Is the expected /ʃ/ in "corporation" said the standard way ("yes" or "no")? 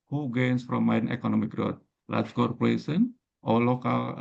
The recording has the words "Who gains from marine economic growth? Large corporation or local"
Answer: no